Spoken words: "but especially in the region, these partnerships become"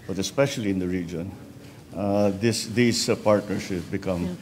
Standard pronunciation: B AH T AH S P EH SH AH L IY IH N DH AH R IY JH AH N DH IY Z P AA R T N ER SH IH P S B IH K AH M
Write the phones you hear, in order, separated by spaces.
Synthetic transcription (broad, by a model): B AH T AH S P EH SH AH L IY IH N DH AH R IY JH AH N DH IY S P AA R T N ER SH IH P B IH K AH M